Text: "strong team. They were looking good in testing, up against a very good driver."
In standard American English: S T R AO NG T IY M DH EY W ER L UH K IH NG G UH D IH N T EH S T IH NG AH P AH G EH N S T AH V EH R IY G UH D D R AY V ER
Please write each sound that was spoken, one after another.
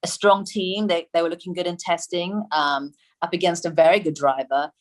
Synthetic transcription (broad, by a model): S T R AO NG T IY M DH EY W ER L UH K IH NG G UH D IH N T EH S T IH NG AH P AH G EH N S T AH V EH R IY G UH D D R AY V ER